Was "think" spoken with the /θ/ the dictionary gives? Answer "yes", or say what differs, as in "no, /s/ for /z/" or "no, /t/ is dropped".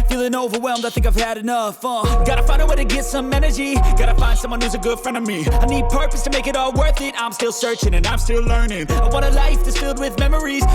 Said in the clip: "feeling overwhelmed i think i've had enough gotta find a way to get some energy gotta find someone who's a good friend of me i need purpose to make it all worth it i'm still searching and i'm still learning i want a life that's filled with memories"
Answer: yes